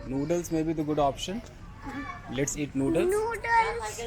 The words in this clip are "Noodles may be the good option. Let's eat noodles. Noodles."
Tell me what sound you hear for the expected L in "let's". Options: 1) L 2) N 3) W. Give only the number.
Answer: 1